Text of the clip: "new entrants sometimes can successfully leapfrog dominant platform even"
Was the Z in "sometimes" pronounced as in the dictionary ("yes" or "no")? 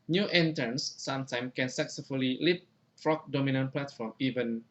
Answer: no